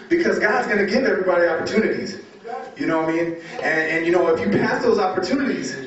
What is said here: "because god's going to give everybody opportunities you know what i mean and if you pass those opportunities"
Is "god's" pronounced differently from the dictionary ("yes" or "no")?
no